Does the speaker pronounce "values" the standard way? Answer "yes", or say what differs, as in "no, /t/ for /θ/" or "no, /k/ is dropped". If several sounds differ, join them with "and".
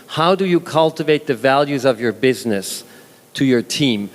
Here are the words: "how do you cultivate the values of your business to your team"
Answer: yes